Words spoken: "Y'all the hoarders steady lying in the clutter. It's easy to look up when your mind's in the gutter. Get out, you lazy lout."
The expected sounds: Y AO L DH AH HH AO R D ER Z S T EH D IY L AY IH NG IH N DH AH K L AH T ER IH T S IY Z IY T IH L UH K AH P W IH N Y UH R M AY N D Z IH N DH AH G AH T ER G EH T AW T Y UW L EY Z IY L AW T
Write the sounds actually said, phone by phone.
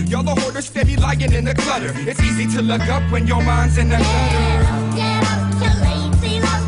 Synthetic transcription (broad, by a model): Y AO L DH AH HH AO R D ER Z S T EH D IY L AY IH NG IH N DH AH K L AH T ER IH T S IY Z IY T IH L UH K AH P W IH N Y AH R M AY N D Z IH N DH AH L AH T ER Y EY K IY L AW